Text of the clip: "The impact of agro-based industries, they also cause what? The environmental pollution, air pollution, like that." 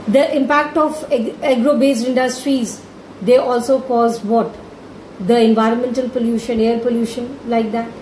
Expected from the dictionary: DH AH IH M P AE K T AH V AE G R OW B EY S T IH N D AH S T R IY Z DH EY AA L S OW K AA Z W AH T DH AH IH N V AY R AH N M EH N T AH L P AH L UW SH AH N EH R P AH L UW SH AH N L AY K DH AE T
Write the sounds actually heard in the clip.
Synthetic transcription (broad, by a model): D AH IH M P AE K T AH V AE G R OW B EY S IH N D AH S T R IY Z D EY AA L S OW K AA Z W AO T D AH IH N V AY R AH N M EH N T AH L P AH L UW SH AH N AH R P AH L UW SH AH N L AY K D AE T